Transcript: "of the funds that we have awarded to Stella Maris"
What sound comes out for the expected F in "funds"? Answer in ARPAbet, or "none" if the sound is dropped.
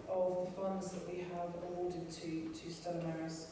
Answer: F